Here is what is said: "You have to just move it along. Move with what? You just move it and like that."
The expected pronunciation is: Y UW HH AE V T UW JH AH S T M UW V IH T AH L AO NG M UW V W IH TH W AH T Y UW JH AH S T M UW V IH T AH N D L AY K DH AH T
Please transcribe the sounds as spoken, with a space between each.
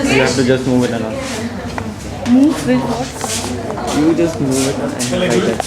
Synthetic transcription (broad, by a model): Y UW HH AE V T UW JH AH S T M UW V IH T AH N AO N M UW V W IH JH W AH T Y UW JH AH S T M UW V IH T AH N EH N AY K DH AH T